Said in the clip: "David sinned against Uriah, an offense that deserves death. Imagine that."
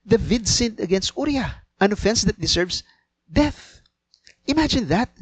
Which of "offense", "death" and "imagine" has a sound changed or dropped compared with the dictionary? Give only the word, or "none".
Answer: none